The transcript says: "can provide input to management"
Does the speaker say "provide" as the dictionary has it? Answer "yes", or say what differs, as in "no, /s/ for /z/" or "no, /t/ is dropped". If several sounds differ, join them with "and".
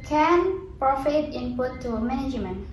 no, /f/ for /v/